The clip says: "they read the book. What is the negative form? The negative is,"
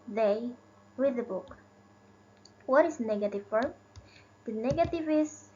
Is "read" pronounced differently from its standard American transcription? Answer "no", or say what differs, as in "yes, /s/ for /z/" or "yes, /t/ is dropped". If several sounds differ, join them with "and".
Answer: yes, /w/ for /ɹ/